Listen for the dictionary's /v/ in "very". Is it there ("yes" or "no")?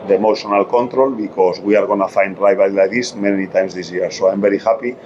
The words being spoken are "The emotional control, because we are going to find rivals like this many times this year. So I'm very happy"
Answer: no